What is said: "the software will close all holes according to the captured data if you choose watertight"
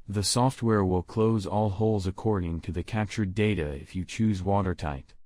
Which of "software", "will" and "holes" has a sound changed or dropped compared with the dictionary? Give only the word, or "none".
none